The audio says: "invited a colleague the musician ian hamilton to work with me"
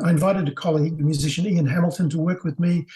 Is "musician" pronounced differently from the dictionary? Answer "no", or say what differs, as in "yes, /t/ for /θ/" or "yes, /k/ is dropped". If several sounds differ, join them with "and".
no